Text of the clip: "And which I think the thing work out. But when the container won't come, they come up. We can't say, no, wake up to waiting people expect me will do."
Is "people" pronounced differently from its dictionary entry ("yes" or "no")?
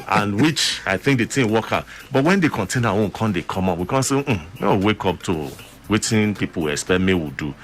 yes